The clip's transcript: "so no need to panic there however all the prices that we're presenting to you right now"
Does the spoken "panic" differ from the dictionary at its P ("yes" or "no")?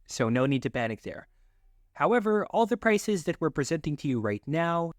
yes